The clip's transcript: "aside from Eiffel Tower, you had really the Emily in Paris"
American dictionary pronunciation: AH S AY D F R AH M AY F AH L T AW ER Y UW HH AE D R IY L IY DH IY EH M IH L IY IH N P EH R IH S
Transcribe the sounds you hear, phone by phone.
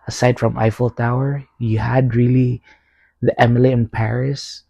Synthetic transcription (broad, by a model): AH S AY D F R AH M AY F AH L T AW ER Y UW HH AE D R IY L IY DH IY EH M IH L IY IH N P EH R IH S